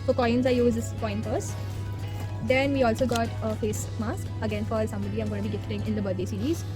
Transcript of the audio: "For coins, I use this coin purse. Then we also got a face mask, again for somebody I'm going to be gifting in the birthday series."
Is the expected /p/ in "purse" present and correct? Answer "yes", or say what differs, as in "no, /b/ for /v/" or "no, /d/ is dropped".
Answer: no, /f/ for /p/